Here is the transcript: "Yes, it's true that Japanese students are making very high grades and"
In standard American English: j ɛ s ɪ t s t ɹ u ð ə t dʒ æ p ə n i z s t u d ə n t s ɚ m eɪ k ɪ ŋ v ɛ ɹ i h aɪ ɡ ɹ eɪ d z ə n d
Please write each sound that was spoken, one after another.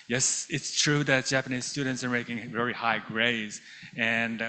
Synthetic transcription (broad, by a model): j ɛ s ɪ t s t ɹ u ð ə t dʒ æ p ə n i z s t u d n t s ɚ m eɪ k ɪ ŋ v ɛ ɹ i h aɪ ɡ ɹ eɪ d z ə n